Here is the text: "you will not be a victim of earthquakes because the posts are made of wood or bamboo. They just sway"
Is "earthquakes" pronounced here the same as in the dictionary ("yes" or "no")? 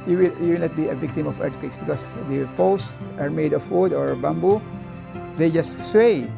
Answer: no